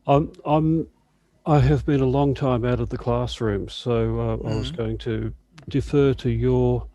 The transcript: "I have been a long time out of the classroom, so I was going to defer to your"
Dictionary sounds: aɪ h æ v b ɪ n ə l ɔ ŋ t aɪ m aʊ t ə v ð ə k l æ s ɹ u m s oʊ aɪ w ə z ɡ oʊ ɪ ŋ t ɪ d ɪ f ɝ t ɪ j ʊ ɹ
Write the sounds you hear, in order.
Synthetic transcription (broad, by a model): aɪ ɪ v b ɪ n ə l ɔ ŋ t aɪ m aʊ t ə v ð ə k l æ s ɹ u m s oʊ aɪ w ə z ɡ oʊ ɪ ŋ t ɪ d ɪ f ɝ t ɪ j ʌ ɹ